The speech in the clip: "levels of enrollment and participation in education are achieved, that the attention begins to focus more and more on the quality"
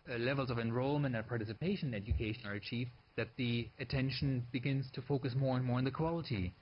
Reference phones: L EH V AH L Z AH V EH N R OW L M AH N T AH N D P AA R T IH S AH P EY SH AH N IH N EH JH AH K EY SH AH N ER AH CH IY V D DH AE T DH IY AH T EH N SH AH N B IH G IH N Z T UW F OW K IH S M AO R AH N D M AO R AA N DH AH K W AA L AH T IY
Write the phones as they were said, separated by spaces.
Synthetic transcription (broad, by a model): L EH V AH L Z AH V EH N R OW L M AH N T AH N P AA R T IH S AH P EY SH AH N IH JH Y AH K EY SH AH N ER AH CH IY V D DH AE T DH IY AH T EH N SH AH N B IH G IH N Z T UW F OW K IH S M AO R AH N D M AO R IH N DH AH K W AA L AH T IY